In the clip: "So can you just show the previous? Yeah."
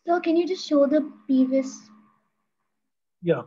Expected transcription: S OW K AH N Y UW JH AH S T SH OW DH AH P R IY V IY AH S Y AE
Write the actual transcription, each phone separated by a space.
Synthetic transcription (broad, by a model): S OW K AH N Y UW JH AH S T SH OW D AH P IY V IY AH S Y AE